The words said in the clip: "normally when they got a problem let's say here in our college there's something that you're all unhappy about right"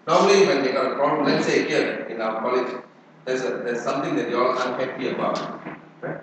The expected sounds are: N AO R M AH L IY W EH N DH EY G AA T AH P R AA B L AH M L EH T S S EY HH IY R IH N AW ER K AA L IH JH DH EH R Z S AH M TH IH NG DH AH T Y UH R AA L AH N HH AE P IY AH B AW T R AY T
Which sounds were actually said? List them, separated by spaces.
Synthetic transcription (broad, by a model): N AO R M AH L IY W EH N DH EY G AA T AH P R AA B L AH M L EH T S S EY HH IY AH IH N AW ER K AA L IH JH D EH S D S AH M T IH NG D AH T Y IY AA L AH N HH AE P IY AH B AW T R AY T